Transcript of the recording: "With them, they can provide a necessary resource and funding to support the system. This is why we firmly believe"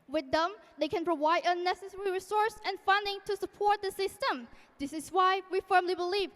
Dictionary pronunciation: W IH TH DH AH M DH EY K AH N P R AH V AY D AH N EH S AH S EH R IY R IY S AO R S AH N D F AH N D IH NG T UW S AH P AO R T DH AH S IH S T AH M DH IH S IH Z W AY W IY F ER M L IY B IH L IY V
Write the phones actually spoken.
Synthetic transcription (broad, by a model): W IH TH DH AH M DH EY K AH N P R AH V AY D AH N EH S AH S EH R IY R IY S AO R S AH N F AH N D IH NG T UW S AH P AO R T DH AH S IH S T AH M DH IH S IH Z W AY W IY F ER M L IY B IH L IY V